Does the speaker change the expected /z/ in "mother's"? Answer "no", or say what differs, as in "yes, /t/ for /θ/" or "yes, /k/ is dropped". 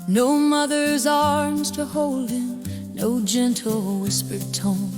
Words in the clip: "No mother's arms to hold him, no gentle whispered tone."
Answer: no